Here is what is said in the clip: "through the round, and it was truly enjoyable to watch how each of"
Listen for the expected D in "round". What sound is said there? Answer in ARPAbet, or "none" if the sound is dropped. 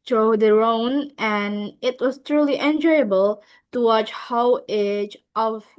none